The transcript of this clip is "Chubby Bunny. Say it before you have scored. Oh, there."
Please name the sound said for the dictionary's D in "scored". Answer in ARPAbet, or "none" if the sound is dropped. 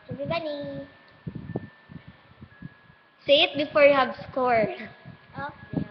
none